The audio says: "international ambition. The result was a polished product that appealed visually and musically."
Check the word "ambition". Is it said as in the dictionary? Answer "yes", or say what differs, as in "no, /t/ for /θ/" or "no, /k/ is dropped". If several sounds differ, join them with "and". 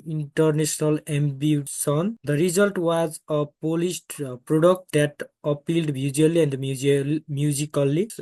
no, /s/ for /ʃ/